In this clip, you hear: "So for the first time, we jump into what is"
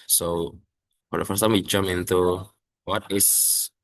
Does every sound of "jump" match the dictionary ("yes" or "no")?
no